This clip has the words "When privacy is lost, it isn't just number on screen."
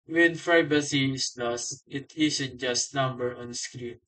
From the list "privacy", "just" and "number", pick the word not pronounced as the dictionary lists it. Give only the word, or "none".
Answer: privacy